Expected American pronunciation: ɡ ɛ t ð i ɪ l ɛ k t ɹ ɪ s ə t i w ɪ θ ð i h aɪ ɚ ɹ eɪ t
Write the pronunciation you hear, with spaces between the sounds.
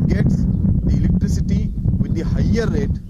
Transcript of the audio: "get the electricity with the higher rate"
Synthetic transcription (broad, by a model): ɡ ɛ t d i ɪ l ɛ k t ɹ ɪ s ə t i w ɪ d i h aɪ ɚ ɹ eɪ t